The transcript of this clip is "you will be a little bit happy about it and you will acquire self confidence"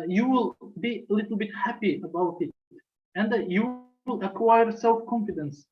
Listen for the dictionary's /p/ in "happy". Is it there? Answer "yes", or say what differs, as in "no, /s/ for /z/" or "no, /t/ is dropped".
yes